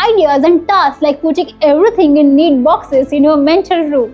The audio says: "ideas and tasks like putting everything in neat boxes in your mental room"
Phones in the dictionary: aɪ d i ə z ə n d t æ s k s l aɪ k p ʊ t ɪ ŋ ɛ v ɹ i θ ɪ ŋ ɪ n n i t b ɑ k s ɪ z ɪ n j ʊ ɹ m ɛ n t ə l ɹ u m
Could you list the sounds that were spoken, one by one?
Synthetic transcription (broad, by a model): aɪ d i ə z ə n d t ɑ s s l aɪ k p ʊ t ɪ ŋ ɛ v ɹ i t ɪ ŋ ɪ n n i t b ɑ k s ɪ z ɪ n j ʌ m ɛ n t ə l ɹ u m